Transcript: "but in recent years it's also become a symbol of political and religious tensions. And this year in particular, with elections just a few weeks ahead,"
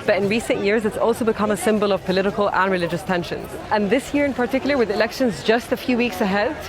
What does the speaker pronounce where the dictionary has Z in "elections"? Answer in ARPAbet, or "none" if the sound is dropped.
Z